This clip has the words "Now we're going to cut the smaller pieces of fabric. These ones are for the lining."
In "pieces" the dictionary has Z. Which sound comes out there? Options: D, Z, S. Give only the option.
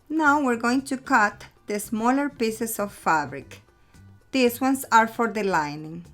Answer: S